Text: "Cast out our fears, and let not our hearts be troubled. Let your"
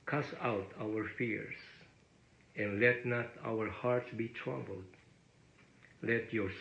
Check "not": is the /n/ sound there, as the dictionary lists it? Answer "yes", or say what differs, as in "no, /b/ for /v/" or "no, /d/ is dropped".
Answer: yes